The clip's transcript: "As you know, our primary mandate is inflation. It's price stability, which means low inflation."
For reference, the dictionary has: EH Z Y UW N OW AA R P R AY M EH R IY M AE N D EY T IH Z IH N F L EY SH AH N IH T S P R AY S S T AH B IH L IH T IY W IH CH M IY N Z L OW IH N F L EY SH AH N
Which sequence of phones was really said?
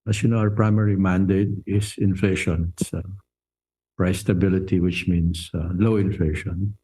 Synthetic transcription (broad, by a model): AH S Y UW N OW AA R P R AY M EH R IY M AE N D EY T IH S IH N F L EY SH AH N S P R AY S S T AH B IH L IH T IY W IH CH M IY N S L OW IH N F L EY SH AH N